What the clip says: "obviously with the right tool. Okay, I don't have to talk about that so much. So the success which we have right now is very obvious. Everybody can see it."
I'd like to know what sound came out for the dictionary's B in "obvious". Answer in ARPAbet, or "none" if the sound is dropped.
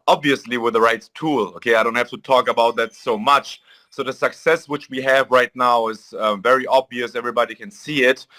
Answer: B